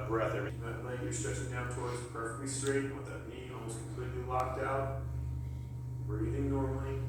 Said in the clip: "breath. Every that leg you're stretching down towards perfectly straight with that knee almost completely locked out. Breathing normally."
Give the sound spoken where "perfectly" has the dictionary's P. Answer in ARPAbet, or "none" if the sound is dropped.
P